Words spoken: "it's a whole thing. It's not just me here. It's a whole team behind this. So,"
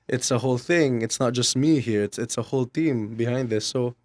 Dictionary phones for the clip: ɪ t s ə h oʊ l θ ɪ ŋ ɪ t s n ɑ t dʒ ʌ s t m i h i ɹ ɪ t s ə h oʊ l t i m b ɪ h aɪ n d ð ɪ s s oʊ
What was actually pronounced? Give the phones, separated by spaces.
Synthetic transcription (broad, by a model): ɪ t s ə h oʊ l θ ɪ ŋ ɪ t s n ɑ t dʒ ʌ s t m i h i ɹ ɪ t s ə h oʊ l t i m b ɪ h aɪ n d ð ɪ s s oʊ